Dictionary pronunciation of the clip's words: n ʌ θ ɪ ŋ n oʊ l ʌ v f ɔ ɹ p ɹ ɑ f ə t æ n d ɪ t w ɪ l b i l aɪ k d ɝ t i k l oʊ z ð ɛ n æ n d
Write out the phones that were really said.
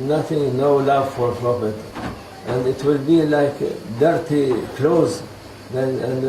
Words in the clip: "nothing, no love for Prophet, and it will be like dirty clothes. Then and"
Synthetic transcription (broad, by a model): n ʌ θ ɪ ŋ n oʊ l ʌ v f ɔ ɹ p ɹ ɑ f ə t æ n d ɪ t w ɪ l b i l aɪ k d ɝ t i k l oʊ z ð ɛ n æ n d